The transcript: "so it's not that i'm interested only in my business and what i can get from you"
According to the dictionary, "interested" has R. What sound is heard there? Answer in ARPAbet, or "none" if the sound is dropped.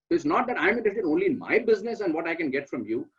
none